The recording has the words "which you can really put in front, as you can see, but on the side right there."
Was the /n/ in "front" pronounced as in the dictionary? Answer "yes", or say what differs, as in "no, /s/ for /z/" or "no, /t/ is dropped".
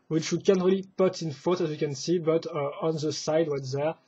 no, /n/ is dropped